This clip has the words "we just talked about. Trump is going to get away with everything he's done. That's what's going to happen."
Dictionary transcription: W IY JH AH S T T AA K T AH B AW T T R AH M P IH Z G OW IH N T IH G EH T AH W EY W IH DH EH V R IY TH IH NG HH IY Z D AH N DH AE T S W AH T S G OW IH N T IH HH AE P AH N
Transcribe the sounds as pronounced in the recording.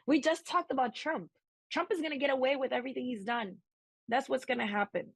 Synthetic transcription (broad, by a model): W IY JH AH S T T AA K T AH B AW T T R AH M P IH Z G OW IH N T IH G EH T AH W EY W IH DH EH V R IY TH IH NG HH IY Z D AH N DH AE T S W AH T S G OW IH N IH HH AE P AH N